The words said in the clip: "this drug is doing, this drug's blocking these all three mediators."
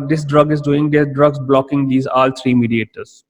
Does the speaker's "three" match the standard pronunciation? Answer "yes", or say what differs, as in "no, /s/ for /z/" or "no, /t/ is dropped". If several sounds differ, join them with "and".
no, /t/ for /θ/